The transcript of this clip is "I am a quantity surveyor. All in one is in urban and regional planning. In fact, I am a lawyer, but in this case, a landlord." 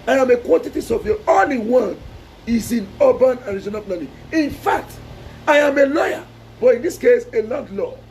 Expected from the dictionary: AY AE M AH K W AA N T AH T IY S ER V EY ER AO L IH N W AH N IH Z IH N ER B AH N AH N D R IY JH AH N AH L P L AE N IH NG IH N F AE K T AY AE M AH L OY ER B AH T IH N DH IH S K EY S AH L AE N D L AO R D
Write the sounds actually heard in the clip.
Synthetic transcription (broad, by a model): AY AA M AH K W AA N T AH T IY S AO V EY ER AO L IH W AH N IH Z IH N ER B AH N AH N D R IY Z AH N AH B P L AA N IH IH N F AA K T AY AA M AH L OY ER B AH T IH N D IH S K EY S AH L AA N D L AO